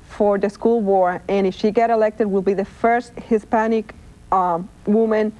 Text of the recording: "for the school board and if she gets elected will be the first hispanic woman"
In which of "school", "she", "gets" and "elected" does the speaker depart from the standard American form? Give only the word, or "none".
gets